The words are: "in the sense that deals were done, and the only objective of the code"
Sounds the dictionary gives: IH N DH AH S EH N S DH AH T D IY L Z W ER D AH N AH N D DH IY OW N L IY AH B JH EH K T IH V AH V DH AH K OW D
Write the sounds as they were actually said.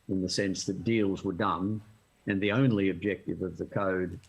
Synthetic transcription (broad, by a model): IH N DH AH S EH N S DH AH T D IY L Z W ER D AH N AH N DH IY OW N L IY AH B JH EH K T IH V AH V DH AH K OW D